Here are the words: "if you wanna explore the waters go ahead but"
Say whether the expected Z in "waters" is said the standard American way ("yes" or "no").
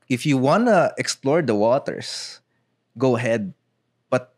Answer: no